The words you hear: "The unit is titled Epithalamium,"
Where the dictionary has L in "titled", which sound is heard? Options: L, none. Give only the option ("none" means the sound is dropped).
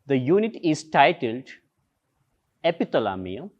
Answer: L